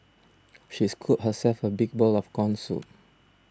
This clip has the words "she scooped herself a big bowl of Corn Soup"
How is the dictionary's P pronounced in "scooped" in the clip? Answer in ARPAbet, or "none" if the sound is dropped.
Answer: none